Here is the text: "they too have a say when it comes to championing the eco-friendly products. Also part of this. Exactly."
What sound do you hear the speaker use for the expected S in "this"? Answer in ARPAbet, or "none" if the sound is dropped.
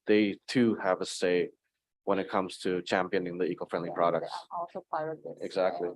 none